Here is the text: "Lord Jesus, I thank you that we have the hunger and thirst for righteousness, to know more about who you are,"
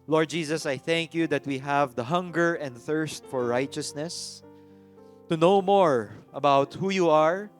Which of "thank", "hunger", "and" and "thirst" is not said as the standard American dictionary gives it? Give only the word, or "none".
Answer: none